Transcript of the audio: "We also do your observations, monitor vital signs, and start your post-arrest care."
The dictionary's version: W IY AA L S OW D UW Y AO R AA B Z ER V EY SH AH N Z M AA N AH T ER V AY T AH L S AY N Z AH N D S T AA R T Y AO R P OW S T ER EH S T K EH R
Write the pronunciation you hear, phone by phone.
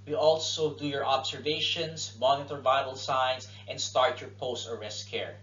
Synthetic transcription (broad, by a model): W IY AA L S OW D UW Y AO R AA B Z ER V EY SH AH N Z M AA N AH T ER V AY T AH L S AY N S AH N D S T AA R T Y AO R P OW S T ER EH S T K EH R